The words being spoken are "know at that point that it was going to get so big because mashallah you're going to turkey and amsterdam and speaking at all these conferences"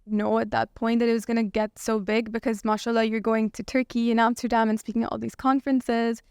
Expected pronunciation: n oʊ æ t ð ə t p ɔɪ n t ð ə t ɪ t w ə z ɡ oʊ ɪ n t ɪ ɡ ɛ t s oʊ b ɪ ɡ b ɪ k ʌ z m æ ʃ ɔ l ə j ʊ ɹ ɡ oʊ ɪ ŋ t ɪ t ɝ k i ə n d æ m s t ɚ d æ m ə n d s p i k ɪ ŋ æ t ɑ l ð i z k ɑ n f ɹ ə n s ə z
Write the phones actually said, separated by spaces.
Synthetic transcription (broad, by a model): n oʊ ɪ t ð ə t p ɔɪ n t ð ə t ɪ t w ə z ɡ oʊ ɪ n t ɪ ɡ ɛ t s oʊ b ɪ ɡ b ɪ k ʌ z m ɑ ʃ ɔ l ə j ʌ ɹ ɡ oʊ ɪ ŋ t ɪ t ɝ k i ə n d æ m s t ɚ d æ m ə n s p i k ɪ ŋ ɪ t ɑ l ð i z k ɑ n f ɹ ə n s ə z